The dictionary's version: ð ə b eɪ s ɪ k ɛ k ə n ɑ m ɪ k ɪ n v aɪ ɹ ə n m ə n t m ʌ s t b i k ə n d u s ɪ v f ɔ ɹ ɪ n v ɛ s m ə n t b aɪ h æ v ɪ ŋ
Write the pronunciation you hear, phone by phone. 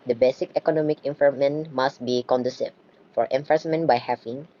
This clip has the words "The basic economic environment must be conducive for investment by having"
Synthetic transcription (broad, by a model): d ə b eɪ s ɪ k ɛ k ə n ɑ m ɪ k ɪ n f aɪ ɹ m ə n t m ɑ s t b i k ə n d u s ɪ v f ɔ ɹ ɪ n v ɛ s m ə n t b aɪ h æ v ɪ ŋ